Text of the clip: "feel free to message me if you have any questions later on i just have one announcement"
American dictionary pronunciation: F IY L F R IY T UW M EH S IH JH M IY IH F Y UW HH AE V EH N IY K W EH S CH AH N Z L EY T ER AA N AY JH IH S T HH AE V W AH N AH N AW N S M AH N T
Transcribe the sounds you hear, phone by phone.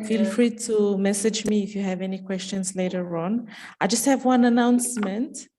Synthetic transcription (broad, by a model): F IY L F R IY T UW M EH S IH JH M IY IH F Y UW HH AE V EH N IY K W EH S CH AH N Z L EY T ER AA N AY JH IH S T HH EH V W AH N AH N AW N S M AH N T